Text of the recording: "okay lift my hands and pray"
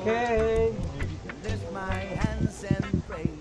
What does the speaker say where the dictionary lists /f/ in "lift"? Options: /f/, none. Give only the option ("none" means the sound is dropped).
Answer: none